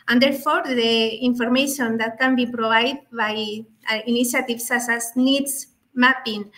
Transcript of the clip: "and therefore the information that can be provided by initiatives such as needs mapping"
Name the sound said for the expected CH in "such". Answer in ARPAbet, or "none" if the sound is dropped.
S